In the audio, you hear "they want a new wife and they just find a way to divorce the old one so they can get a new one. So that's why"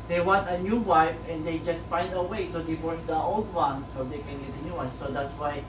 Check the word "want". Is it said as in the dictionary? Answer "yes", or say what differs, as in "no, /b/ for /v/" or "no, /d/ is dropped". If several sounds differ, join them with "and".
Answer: yes